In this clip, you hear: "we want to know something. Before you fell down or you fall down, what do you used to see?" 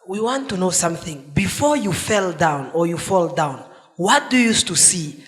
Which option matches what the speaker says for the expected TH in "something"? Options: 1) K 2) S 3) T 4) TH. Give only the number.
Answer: 4